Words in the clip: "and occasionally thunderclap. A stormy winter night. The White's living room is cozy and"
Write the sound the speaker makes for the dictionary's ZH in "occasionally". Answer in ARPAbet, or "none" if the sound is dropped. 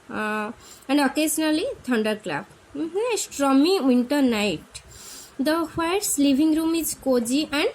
Z